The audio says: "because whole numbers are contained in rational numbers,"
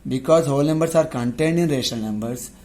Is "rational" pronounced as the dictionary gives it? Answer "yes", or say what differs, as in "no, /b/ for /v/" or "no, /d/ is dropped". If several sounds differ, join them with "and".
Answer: no, /n/ is dropped